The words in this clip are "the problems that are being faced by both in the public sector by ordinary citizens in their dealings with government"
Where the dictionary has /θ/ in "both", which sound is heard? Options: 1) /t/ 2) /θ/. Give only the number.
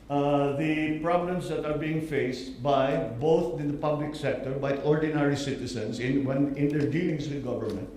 1